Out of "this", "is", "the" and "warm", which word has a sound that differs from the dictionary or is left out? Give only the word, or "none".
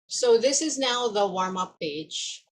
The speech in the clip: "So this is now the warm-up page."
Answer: none